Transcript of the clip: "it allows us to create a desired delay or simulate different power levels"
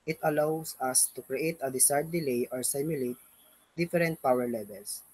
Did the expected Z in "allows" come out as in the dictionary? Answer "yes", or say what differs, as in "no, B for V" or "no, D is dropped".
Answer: no, S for Z